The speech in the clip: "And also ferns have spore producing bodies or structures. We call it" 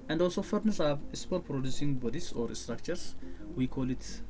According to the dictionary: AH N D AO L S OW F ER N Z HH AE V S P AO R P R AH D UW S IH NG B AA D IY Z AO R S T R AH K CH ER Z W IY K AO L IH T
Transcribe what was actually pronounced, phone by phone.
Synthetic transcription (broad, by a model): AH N D AO L S OW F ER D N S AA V S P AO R P R AH D UW S IH NG B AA D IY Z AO R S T R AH K CH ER S W IY K AO L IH T